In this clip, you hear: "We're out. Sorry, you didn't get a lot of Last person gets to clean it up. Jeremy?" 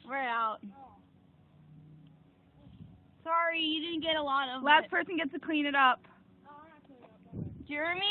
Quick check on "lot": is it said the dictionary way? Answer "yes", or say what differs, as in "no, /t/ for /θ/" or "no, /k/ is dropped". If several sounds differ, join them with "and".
yes